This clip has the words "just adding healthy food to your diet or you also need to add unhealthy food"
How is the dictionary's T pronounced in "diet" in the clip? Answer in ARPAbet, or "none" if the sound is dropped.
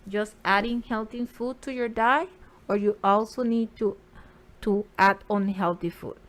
none